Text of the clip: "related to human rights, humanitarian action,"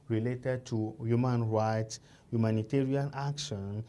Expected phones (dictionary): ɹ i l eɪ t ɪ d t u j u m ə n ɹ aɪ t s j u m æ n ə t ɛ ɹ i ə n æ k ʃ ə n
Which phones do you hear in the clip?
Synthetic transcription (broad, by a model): ɹ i l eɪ t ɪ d t u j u m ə n ɹ aɪ t s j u m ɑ n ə t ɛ ɹ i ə n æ k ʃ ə n